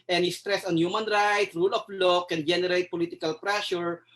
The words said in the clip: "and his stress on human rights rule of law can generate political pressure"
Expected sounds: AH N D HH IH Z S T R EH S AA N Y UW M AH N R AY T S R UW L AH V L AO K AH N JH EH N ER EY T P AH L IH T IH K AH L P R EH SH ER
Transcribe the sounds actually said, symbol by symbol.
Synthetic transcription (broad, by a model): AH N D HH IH S T R EH S AA N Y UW M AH N R AY T R UW L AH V L AO K AH N JH EH N ER EY T P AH L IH T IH K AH L P R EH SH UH